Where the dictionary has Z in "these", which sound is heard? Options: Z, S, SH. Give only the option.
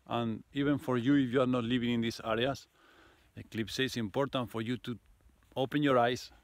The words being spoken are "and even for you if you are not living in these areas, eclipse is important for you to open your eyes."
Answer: S